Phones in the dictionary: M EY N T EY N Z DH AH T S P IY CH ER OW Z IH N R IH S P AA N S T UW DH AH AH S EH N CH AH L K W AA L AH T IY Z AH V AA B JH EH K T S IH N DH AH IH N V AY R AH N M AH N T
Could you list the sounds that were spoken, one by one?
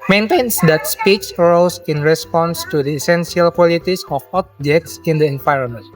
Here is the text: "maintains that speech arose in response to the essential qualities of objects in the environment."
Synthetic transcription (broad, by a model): M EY N T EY N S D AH T S P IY S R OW S IH N R IH S P AA N S T UW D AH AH S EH N S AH L K W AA L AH T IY S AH F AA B JH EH K T S IH N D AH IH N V AY R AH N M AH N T